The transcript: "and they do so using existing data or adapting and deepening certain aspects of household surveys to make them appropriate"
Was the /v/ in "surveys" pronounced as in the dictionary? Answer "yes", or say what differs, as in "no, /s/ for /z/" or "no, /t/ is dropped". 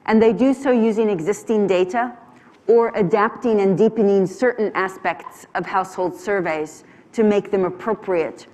yes